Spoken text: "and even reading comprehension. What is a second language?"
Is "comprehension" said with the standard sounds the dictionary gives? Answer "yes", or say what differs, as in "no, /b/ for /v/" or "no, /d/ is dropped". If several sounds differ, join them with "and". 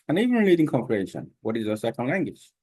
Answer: no, /ɹ/ is dropped and /n/ is dropped